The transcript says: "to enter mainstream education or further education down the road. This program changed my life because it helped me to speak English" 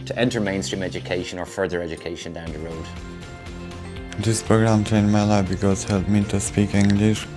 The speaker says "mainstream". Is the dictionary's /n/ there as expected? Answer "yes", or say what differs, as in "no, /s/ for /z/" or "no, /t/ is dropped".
yes